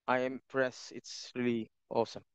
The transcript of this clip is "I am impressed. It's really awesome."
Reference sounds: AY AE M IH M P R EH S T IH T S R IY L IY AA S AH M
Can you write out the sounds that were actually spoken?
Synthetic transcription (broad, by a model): AY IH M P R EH S IH T S R IY L IY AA S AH M